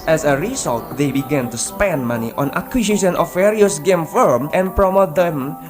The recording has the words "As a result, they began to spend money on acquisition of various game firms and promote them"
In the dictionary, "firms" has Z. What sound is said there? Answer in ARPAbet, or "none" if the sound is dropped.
none